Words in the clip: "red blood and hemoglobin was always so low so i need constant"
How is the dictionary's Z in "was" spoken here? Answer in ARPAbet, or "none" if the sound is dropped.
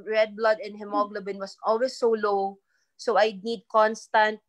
S